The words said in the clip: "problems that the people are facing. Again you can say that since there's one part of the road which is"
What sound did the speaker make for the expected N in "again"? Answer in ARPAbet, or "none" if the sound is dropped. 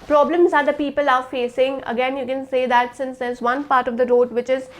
N